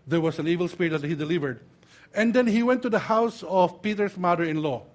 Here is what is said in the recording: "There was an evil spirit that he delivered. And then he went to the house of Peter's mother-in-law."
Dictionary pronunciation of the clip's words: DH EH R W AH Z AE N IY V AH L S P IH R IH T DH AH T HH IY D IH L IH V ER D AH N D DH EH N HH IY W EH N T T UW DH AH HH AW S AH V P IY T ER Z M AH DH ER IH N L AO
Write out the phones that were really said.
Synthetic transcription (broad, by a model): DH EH R W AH S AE N IY V AH L S P IH R IH T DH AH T HH IY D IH L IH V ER D AH N D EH N HH IY W EH N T T UW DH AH HH AW S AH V P IY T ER S M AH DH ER IH N L AO